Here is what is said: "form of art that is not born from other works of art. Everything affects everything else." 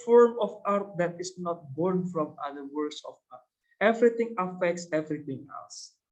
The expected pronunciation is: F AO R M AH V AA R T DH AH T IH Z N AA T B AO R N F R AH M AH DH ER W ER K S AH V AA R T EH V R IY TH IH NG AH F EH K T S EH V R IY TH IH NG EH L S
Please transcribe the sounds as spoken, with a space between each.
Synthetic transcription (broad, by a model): F AO R M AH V AA R T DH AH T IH S N AA T B AO R N F R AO M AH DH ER W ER S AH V AA R T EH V R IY T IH NG AH F EH K T S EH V R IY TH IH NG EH L S